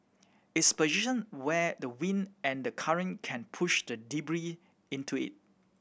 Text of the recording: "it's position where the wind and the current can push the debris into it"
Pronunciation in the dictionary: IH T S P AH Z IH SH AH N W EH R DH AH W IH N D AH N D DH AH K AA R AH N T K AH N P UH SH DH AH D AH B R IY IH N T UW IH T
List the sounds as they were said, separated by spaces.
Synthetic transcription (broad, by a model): IH T S P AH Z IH SH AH N W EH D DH AH W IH N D AH N D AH K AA R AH N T K AH N P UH SH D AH D AH B R IY IH N T UW IH T